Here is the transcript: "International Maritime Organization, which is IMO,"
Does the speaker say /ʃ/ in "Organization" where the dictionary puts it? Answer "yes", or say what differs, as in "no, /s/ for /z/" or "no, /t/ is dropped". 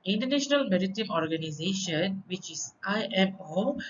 yes